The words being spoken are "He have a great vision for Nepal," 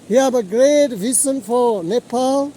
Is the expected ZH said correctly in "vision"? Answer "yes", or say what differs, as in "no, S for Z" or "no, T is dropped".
no, S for ZH